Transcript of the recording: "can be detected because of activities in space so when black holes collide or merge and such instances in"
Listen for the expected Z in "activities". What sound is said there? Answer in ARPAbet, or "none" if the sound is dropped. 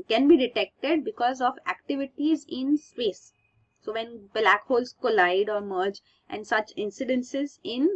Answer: Z